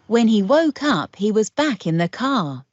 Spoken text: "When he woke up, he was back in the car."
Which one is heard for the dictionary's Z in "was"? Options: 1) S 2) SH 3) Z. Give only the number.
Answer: 3